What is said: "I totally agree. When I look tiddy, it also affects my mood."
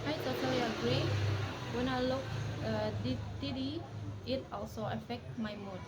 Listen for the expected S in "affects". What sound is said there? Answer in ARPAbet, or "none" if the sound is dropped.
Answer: none